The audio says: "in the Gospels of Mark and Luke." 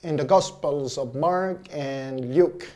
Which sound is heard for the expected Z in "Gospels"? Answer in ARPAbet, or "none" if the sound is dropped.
Z